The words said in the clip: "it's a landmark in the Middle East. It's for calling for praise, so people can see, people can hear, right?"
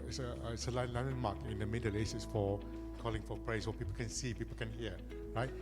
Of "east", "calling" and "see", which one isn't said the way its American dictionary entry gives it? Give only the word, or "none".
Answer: east